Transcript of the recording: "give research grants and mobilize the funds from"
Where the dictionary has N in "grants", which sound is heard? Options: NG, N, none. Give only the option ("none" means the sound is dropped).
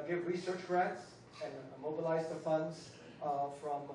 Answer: none